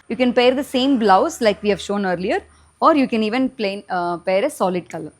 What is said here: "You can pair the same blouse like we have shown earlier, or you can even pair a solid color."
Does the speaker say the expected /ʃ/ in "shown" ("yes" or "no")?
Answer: yes